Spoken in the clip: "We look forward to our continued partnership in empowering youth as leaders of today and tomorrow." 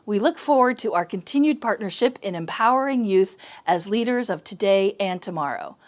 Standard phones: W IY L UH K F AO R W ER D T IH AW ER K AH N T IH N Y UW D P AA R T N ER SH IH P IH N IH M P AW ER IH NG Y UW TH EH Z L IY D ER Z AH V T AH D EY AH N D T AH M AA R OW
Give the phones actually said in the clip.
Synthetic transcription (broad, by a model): W IY L UH K F AO R W ER D T IH AW ER K AH N T IH N Y UW D P AA R T N ER SH IH P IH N IH M P AW ER IH NG Y UW TH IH Z L IY D ER Z AH V T AH D EY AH N T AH M AA R OW